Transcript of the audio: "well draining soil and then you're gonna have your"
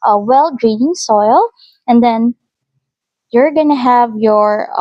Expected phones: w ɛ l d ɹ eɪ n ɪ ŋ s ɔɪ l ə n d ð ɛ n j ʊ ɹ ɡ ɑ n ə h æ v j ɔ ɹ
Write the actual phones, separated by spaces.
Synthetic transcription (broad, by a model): w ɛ l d ɹ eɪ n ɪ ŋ s ɔɪ l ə n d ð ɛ n j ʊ ɹ ɡ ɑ n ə h æ v j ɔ ɹ